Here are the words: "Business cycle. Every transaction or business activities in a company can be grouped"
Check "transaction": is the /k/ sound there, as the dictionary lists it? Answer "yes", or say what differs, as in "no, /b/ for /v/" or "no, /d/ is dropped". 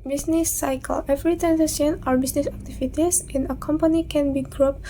no, /k/ is dropped